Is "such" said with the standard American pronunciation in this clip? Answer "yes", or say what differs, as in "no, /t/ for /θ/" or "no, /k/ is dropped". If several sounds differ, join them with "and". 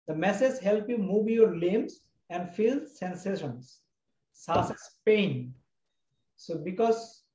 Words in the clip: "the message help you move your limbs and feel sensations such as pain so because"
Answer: no, /s/ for /tʃ/